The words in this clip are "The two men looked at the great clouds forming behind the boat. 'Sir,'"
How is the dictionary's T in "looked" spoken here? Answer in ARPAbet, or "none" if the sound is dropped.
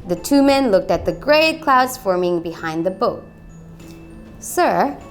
T